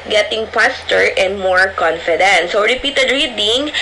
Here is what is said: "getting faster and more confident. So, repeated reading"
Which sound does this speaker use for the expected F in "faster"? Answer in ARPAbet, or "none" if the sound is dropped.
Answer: P